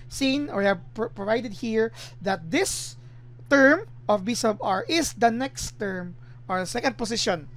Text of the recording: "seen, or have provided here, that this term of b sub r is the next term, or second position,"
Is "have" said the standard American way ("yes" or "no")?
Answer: no